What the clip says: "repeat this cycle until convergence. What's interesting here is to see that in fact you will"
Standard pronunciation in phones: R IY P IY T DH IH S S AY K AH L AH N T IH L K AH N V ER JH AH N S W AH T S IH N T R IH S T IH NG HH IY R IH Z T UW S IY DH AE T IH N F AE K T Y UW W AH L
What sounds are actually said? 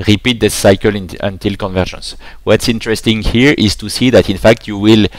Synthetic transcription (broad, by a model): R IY P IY T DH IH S S AY K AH L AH N T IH L K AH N V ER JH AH N S W AH T S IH N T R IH S T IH NG HH IY R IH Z T UW S IY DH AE T IH N F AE K T Y UW W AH L